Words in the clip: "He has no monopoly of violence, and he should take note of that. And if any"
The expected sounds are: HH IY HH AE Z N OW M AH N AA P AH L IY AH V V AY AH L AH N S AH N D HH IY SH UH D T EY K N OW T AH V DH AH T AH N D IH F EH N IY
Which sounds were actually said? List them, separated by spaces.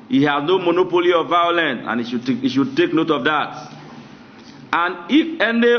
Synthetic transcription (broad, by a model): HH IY HH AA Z N OW M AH N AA P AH L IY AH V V AY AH L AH N AH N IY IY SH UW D T EY K N OW T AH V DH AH T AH N IH F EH N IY